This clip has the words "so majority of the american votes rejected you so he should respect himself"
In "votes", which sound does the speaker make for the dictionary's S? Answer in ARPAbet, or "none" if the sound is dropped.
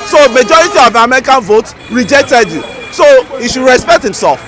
none